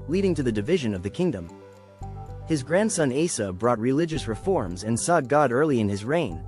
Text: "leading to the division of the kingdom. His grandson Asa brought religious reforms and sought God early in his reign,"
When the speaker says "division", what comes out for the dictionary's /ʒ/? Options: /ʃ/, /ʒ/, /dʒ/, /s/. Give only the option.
/ʒ/